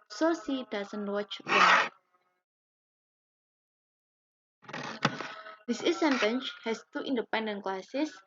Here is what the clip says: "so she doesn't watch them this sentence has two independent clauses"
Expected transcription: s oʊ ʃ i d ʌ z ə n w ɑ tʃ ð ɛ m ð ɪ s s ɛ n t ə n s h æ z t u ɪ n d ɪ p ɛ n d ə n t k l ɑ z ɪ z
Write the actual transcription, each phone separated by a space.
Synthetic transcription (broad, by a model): s oʊ s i d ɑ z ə n w ɑ tʃ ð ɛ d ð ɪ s s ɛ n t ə n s h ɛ s t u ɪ n d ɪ p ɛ n d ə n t k l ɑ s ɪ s